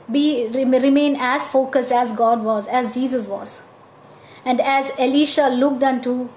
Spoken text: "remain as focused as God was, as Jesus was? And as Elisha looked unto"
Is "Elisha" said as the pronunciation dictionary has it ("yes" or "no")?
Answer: yes